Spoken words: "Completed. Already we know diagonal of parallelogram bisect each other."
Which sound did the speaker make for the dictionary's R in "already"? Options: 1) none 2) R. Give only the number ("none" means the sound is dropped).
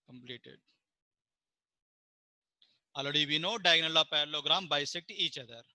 1